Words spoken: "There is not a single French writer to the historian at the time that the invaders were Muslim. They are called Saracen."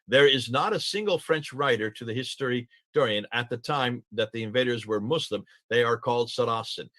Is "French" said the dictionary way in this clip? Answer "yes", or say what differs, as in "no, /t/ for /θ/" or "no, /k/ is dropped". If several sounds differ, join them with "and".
yes